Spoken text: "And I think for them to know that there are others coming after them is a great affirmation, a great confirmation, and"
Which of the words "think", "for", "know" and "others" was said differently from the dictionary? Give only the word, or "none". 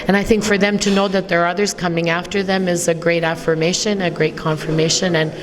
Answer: none